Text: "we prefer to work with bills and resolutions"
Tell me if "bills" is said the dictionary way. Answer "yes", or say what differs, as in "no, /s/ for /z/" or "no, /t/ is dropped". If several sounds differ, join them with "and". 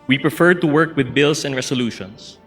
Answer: no, /s/ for /z/